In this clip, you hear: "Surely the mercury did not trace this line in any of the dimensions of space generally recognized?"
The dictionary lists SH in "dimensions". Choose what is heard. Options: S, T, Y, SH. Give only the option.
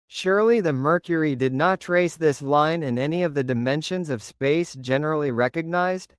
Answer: SH